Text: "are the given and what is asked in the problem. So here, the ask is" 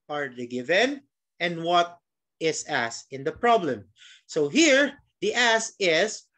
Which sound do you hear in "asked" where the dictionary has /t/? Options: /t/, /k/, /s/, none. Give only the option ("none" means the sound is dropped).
none